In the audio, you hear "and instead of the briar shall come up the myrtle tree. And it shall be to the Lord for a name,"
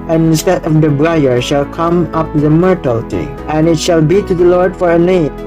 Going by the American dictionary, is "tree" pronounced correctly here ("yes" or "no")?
no